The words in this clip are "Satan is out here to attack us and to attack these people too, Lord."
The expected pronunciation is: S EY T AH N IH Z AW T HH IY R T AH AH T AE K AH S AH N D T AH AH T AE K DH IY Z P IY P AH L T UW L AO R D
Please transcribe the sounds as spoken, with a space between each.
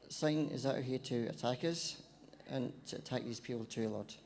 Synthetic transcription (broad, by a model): S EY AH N IH Z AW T HH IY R T AH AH T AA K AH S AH N T AH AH T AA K DH IY Z P IY P AH L T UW L AO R